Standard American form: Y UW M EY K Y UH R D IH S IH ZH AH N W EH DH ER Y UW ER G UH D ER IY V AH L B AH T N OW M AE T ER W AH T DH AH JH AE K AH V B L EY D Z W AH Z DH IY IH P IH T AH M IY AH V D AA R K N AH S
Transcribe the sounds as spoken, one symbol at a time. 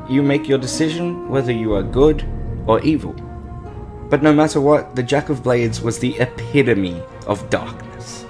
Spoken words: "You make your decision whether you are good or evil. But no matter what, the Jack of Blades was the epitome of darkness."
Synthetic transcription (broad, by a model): Y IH M EY K Y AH R D IH S IH ZH AH N W EH DH ER Y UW ER G UH D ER IY V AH L B AH T N OW M AE T ER W AH T DH AH JH AE K AH V B L EY D Z W AH Z DH IY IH P IH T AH M IY AH V D AA R K N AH S